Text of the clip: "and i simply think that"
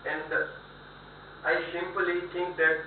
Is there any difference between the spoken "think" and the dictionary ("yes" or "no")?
yes